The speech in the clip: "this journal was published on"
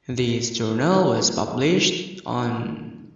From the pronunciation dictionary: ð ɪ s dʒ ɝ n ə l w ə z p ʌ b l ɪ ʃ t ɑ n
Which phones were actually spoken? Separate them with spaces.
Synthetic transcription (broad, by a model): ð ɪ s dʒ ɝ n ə l w ə z p ʌ b l ɪ ʃ t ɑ n